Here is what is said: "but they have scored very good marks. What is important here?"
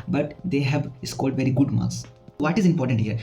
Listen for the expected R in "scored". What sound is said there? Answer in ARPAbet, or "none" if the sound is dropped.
L